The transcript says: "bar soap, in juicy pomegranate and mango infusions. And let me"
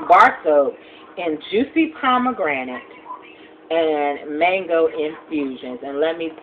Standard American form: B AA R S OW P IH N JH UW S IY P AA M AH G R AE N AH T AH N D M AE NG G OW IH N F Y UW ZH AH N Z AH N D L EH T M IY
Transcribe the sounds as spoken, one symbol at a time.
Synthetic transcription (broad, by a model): B AA R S OW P IH N JH UW S IY P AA M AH G R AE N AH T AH N M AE NG G OW IH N F Y UW ZH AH N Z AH N L EH T M IY